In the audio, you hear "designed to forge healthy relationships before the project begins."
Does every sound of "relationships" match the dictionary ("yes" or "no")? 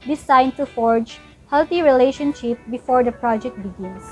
no